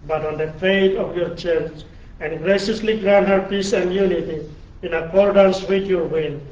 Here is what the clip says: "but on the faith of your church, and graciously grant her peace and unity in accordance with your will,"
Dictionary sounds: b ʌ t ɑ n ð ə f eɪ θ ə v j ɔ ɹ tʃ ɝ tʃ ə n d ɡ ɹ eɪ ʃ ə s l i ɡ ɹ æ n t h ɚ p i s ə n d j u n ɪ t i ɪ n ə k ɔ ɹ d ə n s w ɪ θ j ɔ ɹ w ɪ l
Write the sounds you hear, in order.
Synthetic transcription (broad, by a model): b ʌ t ɑ n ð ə f eɪ t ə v j ɔ ɹ tʃ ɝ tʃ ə n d ɡ ɹ eɪ ʃ ə s l i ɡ ɹ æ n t h ɚ p i s ə n d j u n ɪ t i ɪ n ə k ɔ ɹ d ə n s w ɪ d j ɔ ɹ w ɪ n